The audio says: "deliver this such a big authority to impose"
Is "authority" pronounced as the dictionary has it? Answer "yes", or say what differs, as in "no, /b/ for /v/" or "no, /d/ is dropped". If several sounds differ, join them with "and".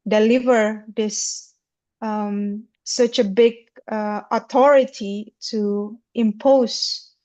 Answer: no, /t/ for /θ/